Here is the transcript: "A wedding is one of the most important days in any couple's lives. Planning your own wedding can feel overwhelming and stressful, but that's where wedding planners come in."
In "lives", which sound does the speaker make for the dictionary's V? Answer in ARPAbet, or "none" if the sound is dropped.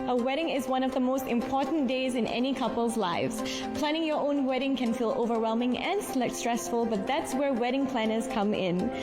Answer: V